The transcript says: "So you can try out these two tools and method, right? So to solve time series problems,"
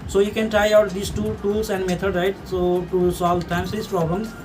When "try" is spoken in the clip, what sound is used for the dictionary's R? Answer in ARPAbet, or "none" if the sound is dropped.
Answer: R